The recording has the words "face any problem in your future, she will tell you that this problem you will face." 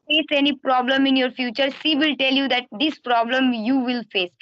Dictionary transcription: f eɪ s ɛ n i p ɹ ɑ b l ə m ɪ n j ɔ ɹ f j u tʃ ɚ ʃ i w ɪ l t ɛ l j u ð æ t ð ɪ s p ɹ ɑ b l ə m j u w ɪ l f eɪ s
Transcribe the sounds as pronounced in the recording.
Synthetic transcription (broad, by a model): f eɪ s ɛ n i p ɹ ɑ b l ə m ɪ n j ɔ ɹ f j u tʃ ɚ s i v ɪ l t ɛ l j u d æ t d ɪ s p ɹ ɑ b l ə m j u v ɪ l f eɪ s